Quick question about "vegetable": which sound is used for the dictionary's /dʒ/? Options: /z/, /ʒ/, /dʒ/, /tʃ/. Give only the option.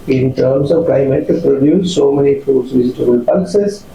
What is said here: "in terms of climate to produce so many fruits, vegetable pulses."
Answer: /z/